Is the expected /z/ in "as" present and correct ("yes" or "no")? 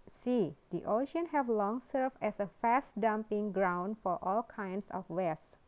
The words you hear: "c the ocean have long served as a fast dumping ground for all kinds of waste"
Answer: no